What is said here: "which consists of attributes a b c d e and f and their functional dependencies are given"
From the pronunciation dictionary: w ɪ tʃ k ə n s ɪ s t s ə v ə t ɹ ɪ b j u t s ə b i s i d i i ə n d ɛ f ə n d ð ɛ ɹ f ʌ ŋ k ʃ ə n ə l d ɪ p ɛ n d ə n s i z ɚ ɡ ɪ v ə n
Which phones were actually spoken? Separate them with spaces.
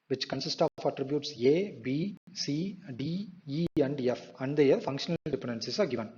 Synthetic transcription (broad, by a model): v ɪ tʃ k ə n s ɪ s t ə f ə t ɹ ɪ b j u t s ə b i s i d i i ə n d ɛ f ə n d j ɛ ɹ f ʌ ŋ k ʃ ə n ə l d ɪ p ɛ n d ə n s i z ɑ ɡ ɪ v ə n